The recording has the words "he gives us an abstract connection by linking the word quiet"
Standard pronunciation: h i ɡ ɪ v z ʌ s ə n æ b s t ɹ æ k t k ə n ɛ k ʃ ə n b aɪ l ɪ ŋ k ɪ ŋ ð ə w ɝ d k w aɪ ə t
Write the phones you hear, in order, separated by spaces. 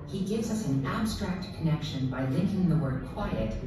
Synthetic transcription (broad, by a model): h i ɡ ɪ v z ʌ s n æ b s t ɹ æ k t k ə n ɛ k ʃ ə n b aɪ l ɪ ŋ k ɪ ŋ ð ə w ɝ d k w aɪ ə t